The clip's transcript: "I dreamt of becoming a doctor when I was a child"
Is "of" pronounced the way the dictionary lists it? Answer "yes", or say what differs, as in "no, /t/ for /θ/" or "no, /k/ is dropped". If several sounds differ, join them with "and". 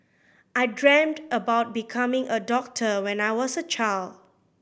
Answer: no, /b/ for /v/